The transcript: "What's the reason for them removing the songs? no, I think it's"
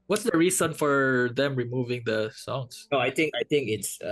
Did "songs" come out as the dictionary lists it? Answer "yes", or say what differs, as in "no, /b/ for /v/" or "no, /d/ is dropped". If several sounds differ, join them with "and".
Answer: no, /s/ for /z/